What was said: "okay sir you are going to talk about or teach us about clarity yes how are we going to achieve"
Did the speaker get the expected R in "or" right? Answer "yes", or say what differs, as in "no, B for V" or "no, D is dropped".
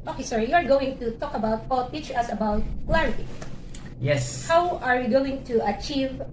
no, L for R